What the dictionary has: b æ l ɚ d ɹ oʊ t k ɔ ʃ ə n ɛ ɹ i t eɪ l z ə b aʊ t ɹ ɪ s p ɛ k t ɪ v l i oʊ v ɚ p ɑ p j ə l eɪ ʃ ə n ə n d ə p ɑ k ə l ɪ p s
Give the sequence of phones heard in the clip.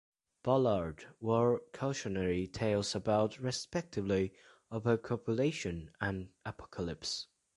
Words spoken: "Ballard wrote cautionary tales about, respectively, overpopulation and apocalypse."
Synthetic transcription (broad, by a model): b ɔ l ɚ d w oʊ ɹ k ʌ ʃ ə n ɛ ɹ i t eɪ l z ə b aʊ t ɹ ɪ s p ɛ k t ɪ v l i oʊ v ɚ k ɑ p j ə l eɪ ʃ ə n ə n ə p ɑ k ə l ɪ p s